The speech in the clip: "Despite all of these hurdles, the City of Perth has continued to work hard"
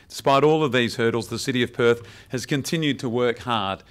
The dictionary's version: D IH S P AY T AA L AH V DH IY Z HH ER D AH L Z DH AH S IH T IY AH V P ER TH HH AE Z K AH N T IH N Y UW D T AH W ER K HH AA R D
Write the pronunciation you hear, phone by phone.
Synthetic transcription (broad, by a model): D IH S P AY T AA L AH V DH IY Z HH ER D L Z DH AH S IH T IY AH V P ER TH HH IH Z K AH N T IH N Y UW D T AH W ER K HH AA R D